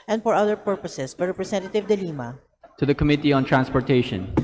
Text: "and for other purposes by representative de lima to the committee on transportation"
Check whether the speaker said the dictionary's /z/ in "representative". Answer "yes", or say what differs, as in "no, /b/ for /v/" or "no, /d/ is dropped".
no, /s/ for /z/